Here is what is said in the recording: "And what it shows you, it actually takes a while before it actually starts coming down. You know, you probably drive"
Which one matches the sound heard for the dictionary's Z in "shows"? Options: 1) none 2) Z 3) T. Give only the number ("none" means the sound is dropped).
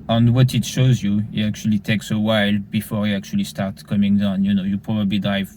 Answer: 2